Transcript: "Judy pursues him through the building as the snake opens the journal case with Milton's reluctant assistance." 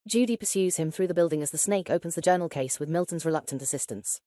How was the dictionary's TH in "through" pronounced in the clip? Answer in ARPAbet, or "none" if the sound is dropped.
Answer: TH